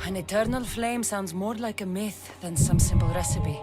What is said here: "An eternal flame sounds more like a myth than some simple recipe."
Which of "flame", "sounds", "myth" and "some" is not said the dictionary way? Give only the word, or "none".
none